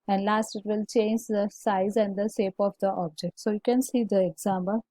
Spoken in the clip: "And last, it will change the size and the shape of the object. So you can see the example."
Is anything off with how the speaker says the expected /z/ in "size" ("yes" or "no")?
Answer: no